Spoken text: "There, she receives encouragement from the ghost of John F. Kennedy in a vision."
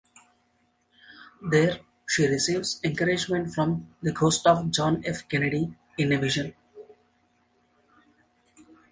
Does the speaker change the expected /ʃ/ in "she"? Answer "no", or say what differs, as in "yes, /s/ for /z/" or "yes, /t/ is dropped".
no